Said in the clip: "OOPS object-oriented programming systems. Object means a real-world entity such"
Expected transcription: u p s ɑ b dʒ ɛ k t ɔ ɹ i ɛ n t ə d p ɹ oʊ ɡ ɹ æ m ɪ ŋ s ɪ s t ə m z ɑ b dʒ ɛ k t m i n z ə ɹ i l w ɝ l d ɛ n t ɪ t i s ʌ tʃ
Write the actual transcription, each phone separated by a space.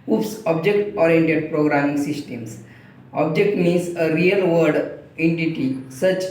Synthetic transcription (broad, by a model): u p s ɑ b dʒ ɛ k t ɔ ɹ i ɛ n t ə d p ɹ oʊ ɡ ɹ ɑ m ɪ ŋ s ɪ s t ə m s ɑ b dʒ ɛ k t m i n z ə ɹ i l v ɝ d ɛ n t ɪ t i s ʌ tʃ